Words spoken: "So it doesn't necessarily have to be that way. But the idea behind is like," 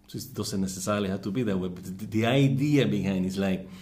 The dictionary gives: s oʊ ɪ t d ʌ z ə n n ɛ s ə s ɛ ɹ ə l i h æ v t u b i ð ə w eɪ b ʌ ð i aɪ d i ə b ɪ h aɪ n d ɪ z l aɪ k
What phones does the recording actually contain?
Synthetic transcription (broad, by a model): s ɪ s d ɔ s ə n n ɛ s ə s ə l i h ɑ t u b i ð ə w eɪ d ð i aɪ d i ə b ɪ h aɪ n ɪ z l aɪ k